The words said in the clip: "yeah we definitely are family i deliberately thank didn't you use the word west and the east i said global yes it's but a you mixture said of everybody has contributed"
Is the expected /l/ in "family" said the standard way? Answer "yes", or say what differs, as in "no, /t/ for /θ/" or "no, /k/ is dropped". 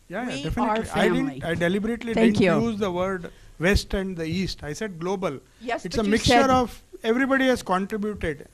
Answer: no, /n/ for /l/